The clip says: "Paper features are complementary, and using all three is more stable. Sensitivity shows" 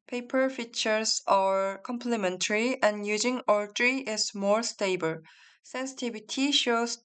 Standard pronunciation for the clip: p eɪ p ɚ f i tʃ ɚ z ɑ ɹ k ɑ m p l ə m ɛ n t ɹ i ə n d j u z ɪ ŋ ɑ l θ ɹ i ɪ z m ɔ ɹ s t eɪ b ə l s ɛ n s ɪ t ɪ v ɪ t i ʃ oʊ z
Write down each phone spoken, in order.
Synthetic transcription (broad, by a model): p eɪ p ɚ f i tʃ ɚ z ɑ ɹ k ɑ m p l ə m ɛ n t ɹ i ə n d j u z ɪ ŋ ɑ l t ɹ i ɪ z m ɔ ɹ s t eɪ b ə l s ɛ n s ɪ t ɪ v t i ʃ oʊ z